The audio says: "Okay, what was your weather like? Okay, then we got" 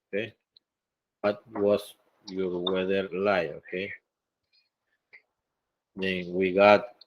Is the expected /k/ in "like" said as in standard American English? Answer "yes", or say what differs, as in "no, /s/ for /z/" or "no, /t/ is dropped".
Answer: no, /k/ is dropped